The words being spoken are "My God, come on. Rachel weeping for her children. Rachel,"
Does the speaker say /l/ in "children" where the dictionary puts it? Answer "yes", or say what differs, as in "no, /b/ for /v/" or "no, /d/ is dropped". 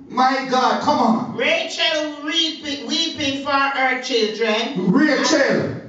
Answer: yes